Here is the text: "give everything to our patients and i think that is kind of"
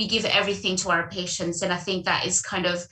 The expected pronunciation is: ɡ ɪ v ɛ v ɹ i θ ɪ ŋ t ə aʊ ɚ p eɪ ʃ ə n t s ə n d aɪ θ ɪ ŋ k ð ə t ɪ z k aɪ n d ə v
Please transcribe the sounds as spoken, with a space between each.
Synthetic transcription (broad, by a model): ɡ ɪ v ɛ v ɹ i θ ɪ ŋ t ə aʊ ɚ p eɪ ʃ ə n t s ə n aɪ θ ɪ ŋ k ð ə t ɪ z k aɪ n d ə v